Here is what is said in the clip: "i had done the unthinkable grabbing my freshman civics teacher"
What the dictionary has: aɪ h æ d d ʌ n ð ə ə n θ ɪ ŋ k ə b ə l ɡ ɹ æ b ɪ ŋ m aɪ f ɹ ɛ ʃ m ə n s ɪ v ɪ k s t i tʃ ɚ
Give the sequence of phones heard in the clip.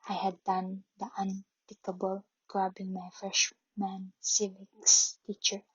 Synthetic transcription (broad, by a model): aɪ h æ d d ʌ n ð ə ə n t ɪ k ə b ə l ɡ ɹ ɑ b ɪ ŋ m aɪ f ɹ ɛ ʃ m ə n s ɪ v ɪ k s t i tʃ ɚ